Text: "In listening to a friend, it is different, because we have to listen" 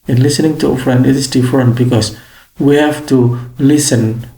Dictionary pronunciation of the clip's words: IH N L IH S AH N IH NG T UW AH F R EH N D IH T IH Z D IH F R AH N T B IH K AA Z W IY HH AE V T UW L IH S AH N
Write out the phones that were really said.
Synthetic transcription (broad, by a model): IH N L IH S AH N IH NG T UW AH F R EH N D IH T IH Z D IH F R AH N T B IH K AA S W IY HH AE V T UW L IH S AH N